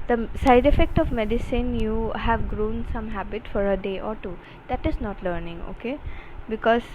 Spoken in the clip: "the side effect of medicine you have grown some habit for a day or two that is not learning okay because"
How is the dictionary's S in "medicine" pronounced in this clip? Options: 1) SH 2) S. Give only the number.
2